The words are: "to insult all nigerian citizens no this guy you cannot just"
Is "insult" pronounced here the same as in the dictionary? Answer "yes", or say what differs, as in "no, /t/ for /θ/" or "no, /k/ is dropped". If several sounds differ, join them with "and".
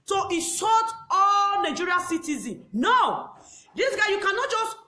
no, /n/ is dropped and /l/ is dropped